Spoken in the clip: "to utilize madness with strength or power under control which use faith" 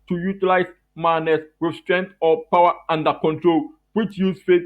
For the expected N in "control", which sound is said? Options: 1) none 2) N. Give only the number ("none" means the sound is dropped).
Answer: 2